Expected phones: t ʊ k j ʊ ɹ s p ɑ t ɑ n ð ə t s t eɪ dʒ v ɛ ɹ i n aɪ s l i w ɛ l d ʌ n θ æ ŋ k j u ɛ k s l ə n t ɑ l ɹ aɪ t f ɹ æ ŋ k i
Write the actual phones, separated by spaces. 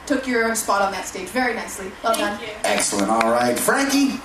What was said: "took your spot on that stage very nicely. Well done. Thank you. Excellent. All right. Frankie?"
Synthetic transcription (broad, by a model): t ʊ k j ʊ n s p ɑ t n ð ə t s t eɪ dʒ v ɛ ɹ i n aɪ s l i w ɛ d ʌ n ɛ k s l ə n t ɑ l ɹ aɪ t f ɹ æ ŋ k i